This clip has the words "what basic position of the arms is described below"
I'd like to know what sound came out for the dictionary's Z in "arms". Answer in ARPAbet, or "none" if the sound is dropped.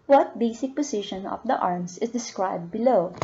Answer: S